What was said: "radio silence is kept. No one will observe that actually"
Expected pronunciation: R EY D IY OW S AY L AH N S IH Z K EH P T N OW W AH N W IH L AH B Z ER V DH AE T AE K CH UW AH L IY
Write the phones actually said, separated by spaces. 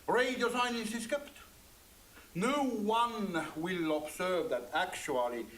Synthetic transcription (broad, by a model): R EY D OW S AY N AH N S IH S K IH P T N OW W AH N W IH L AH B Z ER V DH AE T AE K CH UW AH L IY